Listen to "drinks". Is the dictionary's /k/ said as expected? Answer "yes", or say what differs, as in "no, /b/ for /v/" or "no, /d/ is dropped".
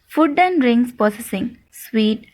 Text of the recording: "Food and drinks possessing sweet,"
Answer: no, /k/ is dropped